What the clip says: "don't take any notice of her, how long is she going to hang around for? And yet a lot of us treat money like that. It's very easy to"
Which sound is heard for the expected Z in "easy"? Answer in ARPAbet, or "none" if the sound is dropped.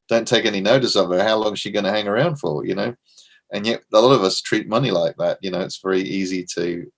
Z